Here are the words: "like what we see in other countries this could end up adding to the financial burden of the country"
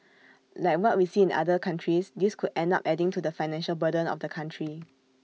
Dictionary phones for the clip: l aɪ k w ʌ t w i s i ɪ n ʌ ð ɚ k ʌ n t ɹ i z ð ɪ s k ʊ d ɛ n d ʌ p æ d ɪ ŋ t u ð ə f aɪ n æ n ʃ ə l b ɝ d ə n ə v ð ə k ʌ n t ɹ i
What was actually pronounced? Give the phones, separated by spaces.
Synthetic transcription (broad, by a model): l aɪ k w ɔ t w i s i ɪ n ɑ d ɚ k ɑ n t ɹ i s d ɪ s k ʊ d ɛ n d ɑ p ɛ d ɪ ŋ t u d ə f aɪ n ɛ n ʃ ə l b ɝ d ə n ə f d ə k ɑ n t ɹ i